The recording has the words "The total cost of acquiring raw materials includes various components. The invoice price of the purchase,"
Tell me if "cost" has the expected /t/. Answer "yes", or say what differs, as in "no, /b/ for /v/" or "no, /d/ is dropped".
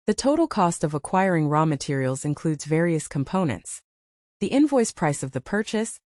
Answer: yes